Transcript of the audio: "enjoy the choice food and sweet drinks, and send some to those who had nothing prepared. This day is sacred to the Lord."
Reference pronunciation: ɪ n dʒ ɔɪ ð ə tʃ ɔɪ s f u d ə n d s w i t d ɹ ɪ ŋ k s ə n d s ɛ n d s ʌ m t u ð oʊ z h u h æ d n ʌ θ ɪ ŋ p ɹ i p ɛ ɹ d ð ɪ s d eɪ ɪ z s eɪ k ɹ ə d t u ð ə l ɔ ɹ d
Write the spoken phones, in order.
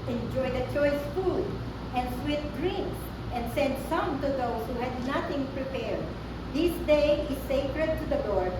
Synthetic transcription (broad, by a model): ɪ n dʒ ɔɪ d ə tʃ ɔɪ s f u d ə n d s w i t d ɹ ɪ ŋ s ə n d s ɛ n d s ʌ m t u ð oʊ s h u h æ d n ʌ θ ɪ ŋ p ɹ i p ɛ ɹ d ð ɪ s d eɪ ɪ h s eɪ k ɹ ə d t u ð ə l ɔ ɹ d